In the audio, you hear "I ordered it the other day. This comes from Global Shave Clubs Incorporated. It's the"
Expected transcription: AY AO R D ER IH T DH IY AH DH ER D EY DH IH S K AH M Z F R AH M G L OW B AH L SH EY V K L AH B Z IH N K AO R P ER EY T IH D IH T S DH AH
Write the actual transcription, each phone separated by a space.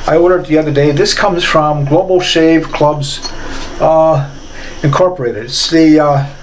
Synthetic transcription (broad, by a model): AY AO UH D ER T DH IY AH DH ER D EY DH IH S K AH M Z F R AH M G L OW B L SH EY V K L AH B Z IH N K AO R P ER EY T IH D IH T S DH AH